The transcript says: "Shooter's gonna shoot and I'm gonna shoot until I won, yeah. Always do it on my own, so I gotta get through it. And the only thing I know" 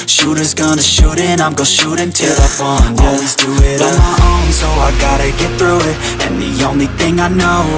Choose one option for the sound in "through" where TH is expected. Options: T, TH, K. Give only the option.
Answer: TH